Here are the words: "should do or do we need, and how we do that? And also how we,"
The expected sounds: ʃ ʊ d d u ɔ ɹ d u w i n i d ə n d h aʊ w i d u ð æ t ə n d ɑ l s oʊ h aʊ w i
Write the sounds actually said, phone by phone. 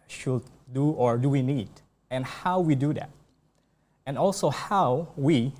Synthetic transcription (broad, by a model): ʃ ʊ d d u ɔ ɹ d u w i n i d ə n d h aʊ w i d u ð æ t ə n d ɑ l s oʊ h aʊ w i